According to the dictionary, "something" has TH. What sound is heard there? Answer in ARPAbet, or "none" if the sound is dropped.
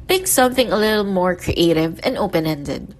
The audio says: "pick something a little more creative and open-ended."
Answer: TH